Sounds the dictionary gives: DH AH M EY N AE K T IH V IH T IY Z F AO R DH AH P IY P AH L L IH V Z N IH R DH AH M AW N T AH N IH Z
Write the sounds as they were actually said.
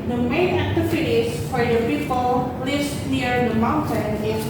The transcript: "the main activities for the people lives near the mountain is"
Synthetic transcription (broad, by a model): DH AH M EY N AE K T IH F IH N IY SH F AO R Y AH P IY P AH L L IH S N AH R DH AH M AW N T AH N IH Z